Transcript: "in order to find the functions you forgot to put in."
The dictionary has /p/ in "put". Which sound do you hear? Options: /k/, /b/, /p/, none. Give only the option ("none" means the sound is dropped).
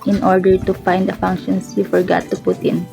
/p/